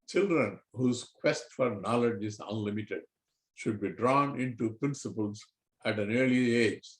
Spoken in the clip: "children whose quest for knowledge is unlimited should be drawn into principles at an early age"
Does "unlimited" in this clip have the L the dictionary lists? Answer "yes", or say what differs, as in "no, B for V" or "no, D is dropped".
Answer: yes